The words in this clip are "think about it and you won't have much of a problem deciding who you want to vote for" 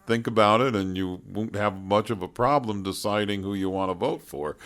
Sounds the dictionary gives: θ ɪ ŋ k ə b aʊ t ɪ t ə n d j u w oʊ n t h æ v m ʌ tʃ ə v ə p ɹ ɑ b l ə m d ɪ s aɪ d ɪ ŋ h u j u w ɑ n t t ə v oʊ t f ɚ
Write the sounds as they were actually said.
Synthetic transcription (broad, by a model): θ ɪ ŋ k ə b aʊ t ɪ t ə n j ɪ w oʊ n t h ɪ v m ʌ tʃ ə v ə p ɹ ɑ b l ə m d ɪ s aɪ d ɪ ŋ h u j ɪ w ɑ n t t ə v oʊ t f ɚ